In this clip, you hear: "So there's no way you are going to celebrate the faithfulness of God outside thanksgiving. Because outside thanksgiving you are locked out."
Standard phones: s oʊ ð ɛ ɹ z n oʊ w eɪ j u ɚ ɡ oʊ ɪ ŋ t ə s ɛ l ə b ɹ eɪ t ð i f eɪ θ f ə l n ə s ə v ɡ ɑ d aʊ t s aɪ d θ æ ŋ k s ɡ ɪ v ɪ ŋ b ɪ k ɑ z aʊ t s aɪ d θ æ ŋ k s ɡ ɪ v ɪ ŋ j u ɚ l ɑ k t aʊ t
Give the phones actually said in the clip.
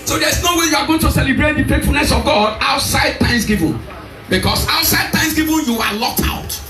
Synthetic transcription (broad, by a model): s oʊ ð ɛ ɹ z n oʊ w eɪ j u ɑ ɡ oʊ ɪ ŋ t ə s ɛ l ə b ɹ eɪ t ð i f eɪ t f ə l n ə s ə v ɡ ɑ d aʊ t s aɪ d t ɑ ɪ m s ɡ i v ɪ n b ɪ k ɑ s aʊ t s aɪ d t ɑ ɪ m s ɡ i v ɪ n j u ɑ l ɑ k t aʊ t